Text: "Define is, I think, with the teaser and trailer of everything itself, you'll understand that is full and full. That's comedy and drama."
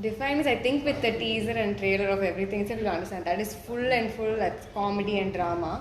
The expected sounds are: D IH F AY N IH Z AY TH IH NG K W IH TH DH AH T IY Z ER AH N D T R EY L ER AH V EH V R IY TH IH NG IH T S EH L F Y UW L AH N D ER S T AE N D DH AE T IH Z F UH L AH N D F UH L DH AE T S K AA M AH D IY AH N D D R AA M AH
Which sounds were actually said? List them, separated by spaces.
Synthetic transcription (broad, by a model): D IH F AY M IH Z AY T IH NG K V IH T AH T IY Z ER AH N D T R EY L ER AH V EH V R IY T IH NG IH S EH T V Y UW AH N D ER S T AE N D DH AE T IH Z F UH L AH N D F UH L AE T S K AA M AH D IY AH N D D R AA M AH